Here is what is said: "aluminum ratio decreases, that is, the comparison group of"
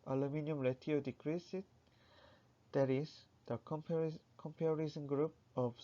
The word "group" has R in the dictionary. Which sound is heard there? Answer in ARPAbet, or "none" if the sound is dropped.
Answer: R